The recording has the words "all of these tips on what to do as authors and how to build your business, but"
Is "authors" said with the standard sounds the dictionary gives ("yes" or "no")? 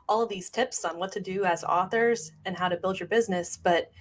yes